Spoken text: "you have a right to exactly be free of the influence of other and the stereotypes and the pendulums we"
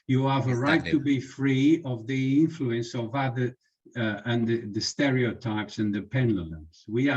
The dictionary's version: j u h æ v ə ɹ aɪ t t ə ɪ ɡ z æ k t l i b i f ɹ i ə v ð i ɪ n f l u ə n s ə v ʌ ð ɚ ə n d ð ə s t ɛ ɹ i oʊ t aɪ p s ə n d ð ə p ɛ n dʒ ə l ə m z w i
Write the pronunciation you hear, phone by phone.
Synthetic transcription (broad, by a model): j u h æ v ə ɹ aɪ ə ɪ t i b i f ɹ i ə v ð i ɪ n f l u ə n s ə v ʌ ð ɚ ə n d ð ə s t ɛ ɹ i oʊ t aɪ p s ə n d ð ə p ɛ n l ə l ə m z w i